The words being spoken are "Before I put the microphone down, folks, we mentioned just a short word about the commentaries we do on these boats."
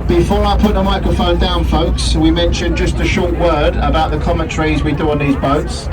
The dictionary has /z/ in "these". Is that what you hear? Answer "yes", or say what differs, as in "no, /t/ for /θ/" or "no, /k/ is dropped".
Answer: yes